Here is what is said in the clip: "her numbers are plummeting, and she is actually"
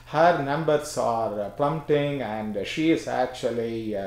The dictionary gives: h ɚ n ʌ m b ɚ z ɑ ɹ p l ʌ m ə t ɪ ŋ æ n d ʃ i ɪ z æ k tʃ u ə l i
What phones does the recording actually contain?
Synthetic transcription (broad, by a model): h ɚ n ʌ m b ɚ s ɑ ɹ p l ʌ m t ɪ ŋ æ n d ʃ i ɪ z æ k tʃ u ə l i